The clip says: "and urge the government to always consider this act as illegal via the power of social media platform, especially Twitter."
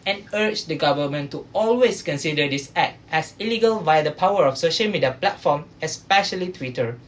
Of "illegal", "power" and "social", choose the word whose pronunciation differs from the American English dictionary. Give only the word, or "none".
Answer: none